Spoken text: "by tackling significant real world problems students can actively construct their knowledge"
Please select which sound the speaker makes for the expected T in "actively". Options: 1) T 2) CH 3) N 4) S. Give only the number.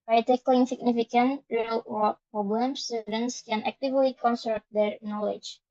1